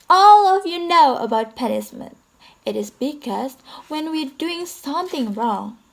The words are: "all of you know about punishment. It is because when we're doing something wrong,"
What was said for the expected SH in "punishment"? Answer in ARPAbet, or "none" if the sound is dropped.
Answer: S